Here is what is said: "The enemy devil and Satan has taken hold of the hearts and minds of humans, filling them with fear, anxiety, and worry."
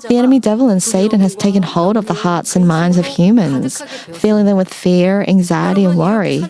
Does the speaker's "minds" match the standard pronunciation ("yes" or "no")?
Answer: yes